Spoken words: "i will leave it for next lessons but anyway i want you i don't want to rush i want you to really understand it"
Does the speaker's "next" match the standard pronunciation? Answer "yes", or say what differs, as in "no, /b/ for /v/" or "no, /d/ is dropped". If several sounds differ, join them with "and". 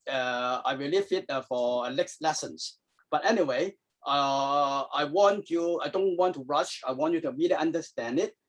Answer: no, /l/ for /n/